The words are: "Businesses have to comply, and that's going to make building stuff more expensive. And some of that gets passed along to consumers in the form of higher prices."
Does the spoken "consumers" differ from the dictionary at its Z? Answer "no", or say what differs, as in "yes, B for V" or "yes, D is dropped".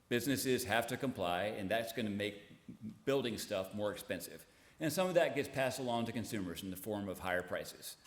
no